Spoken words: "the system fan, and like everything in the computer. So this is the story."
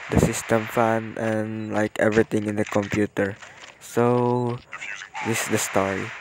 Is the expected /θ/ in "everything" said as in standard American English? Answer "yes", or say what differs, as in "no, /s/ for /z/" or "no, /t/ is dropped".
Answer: no, /t/ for /θ/